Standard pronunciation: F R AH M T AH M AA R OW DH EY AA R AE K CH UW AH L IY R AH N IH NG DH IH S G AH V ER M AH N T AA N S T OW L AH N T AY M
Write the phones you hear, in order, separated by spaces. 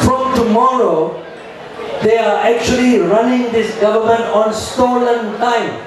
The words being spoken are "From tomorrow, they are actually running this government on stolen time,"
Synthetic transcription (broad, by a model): F R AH M T AH M AA R OW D EY AA R AE K CH UW AH L IY R AH N IH NG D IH S G AH V ER M AH N T AA N S T OW L AH N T AY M